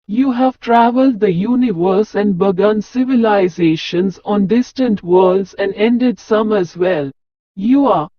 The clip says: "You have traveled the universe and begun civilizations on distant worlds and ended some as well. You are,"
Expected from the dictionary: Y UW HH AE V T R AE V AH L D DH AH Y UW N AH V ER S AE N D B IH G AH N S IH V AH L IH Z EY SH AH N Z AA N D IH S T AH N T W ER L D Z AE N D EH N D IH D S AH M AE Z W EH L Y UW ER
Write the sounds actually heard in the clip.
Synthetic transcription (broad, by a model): Y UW HH AE V T R AE V AH L D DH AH Y UW N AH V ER S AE N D B IH G AH N S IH V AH L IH Z EY SH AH N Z AA N D IH S T AH N T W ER L D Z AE N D EH N D IH D S AH M AE Z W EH L Y UW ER